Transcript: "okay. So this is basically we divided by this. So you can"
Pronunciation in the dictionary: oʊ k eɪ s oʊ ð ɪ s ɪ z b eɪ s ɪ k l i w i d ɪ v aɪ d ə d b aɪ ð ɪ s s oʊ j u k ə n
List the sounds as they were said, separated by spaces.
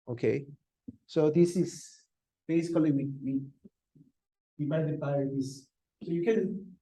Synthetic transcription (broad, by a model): oʊ k eɪ s oʊ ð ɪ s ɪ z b eɪ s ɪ k l i w i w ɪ w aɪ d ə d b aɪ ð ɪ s s oʊ j u k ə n